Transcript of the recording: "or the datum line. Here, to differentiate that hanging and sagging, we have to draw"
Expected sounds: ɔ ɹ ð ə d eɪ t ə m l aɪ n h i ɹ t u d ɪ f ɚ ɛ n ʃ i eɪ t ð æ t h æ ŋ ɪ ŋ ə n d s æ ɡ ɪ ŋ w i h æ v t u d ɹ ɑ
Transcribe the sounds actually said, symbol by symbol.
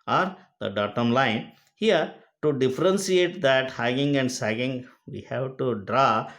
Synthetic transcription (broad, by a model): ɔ ɹ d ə d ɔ t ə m l aɪ n h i ɹ t u d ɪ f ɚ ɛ n s i eɪ t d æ t h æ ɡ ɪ ŋ ə n d s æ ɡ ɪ ŋ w i h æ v t u d ɹ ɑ